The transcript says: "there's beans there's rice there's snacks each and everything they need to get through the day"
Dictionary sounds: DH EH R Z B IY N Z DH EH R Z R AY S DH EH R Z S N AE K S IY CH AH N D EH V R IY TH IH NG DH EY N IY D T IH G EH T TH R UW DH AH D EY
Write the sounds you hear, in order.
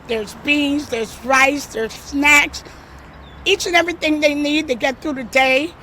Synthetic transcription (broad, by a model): DH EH R Z B IY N Z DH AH R Z R AY S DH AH R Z S N AE K S IY CH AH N EH V R IY TH IH NG DH EY N IY D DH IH G EH T TH R UW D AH D EY